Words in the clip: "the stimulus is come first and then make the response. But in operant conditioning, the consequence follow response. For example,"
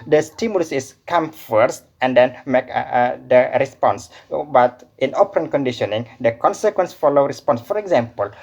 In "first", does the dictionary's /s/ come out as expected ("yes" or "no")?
yes